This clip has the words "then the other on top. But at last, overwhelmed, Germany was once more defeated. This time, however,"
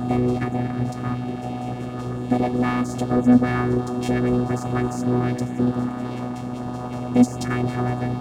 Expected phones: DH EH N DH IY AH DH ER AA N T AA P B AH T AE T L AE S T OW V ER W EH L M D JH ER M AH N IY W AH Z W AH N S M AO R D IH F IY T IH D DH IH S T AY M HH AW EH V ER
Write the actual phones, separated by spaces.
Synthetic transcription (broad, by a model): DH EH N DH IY AH DH ER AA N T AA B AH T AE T L AE S T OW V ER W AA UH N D JH ER M AH N IY W AH Z W AH N S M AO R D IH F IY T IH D DH IH S T AY M HH AW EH V ER